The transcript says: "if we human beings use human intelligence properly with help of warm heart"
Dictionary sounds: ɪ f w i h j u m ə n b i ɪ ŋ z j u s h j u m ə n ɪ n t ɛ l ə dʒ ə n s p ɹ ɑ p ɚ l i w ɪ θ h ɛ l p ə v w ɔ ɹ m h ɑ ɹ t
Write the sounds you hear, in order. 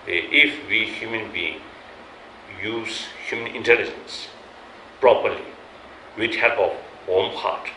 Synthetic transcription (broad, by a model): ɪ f w i h j u m ə n b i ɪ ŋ j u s h j u m ə n ɪ n t ɛ l ə dʒ ə n s p ɹ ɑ p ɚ l i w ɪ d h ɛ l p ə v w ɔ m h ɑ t